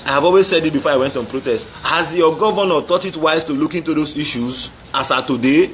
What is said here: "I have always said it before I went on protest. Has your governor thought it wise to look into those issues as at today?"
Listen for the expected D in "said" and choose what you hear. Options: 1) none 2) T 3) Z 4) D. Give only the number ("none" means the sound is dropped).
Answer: 4